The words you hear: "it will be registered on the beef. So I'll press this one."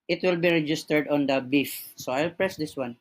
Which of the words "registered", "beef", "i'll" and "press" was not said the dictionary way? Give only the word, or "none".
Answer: none